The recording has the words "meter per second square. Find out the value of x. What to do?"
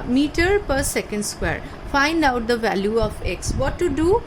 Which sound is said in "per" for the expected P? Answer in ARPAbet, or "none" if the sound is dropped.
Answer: P